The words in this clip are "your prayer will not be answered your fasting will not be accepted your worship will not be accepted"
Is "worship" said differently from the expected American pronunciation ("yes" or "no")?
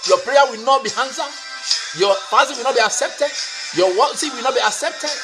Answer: yes